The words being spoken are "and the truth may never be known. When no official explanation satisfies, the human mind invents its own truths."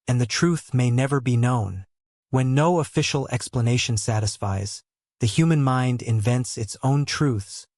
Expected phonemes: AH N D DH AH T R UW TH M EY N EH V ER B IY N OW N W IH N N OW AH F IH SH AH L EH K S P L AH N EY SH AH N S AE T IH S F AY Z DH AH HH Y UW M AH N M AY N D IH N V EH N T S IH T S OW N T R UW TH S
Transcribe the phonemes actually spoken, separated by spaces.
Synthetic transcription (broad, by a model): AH N DH AH T R UW TH M EY N EH V ER B IY N OW N W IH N N OW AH F IH SH L EH K S P L AH N EY SH AH N S AE T IH S F AY Z DH AH HH Y UW M AH N M AY N D IH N V EH N T S IH T S OW N T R UW TH S